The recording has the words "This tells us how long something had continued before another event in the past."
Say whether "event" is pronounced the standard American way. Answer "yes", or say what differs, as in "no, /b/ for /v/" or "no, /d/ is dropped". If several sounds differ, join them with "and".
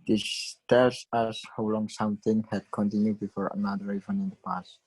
no, /t/ is dropped